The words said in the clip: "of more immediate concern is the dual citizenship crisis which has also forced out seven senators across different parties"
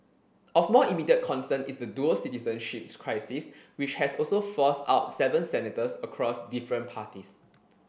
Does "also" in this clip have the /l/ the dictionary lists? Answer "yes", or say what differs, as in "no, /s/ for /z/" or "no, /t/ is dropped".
yes